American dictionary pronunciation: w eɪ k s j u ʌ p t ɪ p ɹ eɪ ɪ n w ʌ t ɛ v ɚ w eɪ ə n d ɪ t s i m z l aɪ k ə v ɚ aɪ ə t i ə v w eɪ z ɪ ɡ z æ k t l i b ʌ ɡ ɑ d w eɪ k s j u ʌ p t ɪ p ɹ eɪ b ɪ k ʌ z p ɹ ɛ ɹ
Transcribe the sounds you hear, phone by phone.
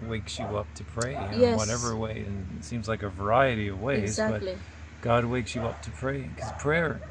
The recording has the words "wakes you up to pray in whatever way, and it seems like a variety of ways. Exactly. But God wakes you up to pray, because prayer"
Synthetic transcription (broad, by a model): w eɪ k s j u ʌ p t ɪ p ɹ eɪ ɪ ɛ w ʌ t ɛ v ɚ w eɪ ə n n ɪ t s i m z l aɪ k ə v ɚ aɪ ə t i ə v w eɪ ɪ z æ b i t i ɡ ɑ d w eɪ k s j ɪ ʌ p t ɪ p ɹ eɪ ɪ k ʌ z p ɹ ɛ ɹ